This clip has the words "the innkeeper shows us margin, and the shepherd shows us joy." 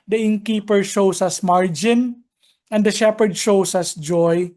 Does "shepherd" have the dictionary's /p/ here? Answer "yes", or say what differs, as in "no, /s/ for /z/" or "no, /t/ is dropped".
yes